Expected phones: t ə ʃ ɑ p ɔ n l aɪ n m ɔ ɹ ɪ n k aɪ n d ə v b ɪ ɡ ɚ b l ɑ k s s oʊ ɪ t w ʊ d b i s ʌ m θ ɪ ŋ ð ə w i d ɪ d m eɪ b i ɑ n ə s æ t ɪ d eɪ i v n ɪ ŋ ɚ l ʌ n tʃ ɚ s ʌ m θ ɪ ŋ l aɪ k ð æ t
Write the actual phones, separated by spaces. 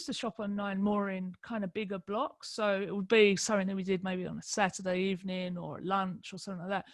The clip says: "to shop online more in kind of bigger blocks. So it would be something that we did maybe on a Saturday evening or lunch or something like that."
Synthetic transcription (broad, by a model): t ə ʃ ɑ p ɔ n aɪ n m ɔ ɹ ɪ n k aɪ n d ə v b ɪ ɡ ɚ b l ɑ k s s oʊ ɪ t w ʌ d b i s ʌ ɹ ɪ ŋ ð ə w i d ɪ d m eɪ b i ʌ n ə s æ t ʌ d eɪ i v n ɪ ŋ ɚ l ʌ n tʃ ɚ s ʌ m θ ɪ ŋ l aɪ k ð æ t